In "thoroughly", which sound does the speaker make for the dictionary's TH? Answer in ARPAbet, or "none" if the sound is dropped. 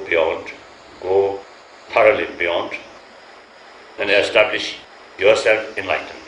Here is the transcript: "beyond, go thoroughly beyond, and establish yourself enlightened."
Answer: T